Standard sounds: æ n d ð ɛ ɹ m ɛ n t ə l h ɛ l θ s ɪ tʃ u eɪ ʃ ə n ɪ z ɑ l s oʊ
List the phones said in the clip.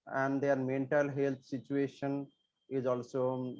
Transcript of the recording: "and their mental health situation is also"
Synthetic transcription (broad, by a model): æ n d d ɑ ɹ m ɛ n t ə l h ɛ l t s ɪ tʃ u eɪ ʃ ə n ɪ z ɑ l s oʊ